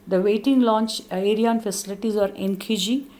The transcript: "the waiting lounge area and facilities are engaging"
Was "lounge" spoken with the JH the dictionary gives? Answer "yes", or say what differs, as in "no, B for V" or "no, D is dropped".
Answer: no, CH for JH